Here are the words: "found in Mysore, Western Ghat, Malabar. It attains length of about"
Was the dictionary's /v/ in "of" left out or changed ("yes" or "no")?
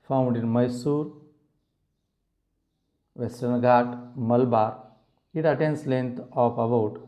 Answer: yes